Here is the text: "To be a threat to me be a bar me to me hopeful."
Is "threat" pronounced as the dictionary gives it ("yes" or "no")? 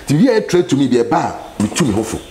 no